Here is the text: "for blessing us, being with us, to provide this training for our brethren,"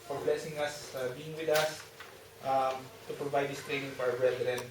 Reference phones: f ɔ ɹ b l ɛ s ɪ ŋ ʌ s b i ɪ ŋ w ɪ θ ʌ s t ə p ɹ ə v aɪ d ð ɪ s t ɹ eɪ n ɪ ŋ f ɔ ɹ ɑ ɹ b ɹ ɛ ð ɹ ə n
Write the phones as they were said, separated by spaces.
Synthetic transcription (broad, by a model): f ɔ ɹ b l ɛ s ɪ ŋ ʌ s b i ɪ ŋ w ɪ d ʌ s t ə p ɹ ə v aɪ d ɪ s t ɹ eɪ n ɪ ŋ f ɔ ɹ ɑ w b ɹ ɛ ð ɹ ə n